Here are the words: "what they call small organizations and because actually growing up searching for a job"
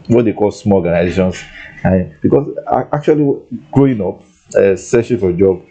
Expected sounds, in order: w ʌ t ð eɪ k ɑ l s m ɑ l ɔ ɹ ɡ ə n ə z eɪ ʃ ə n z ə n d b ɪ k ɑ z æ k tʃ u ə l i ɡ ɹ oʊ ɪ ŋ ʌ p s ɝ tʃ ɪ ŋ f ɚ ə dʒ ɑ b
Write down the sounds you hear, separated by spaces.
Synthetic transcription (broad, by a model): w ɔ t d eɪ k ɑ l s m ɑ l ɔ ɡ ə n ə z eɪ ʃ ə n s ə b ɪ k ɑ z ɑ k tʃ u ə l i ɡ ɹ oʊ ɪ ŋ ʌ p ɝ s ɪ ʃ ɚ ə dʒ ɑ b